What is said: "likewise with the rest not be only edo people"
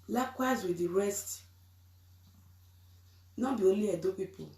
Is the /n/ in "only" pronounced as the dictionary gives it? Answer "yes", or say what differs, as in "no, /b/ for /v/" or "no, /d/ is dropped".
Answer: no, /n/ is dropped